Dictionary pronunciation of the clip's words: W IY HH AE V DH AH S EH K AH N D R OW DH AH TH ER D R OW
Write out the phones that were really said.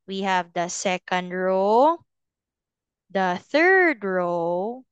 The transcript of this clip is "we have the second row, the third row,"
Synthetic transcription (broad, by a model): W IY HH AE V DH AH S EH K AH N D R OW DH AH TH ER D R OW